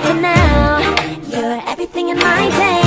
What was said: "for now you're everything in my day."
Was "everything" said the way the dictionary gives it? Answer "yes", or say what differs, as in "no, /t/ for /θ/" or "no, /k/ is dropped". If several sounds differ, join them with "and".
yes